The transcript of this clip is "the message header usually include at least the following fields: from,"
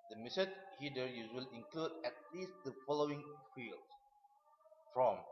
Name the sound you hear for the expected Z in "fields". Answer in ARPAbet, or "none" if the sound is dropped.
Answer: none